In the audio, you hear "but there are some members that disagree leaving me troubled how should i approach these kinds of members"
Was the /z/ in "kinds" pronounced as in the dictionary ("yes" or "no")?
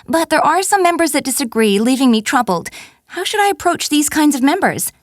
yes